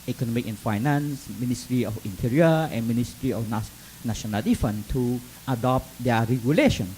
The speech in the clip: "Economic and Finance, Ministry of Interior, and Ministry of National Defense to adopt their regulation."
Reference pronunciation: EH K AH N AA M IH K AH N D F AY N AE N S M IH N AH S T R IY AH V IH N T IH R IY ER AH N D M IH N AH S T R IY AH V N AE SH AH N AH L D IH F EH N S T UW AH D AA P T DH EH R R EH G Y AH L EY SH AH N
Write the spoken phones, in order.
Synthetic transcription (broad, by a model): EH K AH N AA M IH K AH N F AY N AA N S M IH N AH S T R IY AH F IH N T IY R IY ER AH N M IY N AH S T R IY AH F N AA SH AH N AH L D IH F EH N T UW AH D AA P T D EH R R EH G Y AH L EY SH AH N